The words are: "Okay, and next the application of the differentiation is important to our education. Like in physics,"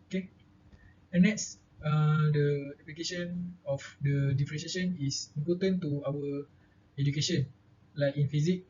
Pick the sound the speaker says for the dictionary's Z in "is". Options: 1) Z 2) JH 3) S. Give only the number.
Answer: 3